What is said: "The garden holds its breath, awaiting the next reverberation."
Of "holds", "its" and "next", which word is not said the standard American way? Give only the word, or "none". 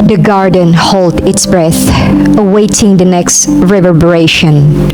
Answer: holds